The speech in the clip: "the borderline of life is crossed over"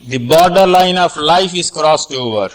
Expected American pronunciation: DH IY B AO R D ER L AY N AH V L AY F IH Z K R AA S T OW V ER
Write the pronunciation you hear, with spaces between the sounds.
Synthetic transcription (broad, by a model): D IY B AO R D ER L AY N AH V L AY F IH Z K R AA S T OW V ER